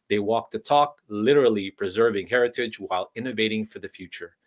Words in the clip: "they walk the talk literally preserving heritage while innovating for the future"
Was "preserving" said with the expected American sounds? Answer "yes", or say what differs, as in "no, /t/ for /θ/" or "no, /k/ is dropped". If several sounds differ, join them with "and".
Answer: yes